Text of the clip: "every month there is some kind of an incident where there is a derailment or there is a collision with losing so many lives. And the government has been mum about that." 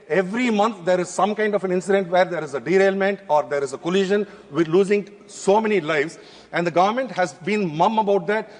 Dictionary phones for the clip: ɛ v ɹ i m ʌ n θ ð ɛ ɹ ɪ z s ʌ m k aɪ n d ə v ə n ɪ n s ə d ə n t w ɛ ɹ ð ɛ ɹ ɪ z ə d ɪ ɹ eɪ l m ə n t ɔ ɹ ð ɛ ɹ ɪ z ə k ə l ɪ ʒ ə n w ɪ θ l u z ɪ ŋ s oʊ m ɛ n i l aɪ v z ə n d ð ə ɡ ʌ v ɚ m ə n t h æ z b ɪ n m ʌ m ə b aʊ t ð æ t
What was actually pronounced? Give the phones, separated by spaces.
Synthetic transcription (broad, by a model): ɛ v ɹ i m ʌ n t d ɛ ɹ ɪ z s ʌ m k aɪ n d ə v ə n ɪ n s ə d ə n t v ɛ ɹ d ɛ ɹ ɪ z ə d ɪ ɹ eɪ l m ə n t ɔ ɹ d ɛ ɹ ɪ z ə k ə l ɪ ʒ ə n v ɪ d l u z ɪ ŋ s oʊ m ɛ n i l aɪ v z ə n d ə ɡ ʌ v ɚ m ə n t h æ z b ɪ n m ʌ m ə b aʊ t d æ t